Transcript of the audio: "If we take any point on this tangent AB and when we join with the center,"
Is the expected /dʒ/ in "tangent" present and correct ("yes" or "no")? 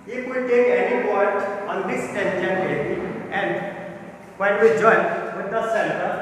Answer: no